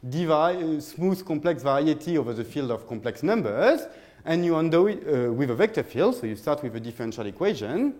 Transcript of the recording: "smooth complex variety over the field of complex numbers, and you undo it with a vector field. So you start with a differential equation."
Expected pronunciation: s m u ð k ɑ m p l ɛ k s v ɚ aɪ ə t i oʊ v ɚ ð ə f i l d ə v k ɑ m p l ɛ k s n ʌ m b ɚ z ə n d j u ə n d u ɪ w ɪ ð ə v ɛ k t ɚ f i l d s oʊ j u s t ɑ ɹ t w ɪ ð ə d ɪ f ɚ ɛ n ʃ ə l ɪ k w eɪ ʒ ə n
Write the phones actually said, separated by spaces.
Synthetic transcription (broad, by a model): s m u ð k ɑ m p l ɛ k s v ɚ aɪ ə t i oʊ v ɚ ð ə f i l d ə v k ɑ m p l ɛ k s n ʌ m b ɚ z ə n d j u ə n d ɪ w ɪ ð ə v ɛ k t ɚ f i l d s oʊ j u s t ɑ ɹ t w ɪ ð ə d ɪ f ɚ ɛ n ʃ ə l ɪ k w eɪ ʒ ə n